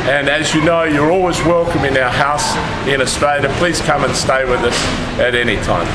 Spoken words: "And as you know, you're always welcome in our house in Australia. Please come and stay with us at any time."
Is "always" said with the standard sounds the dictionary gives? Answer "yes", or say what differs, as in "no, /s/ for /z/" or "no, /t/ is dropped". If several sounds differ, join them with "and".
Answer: yes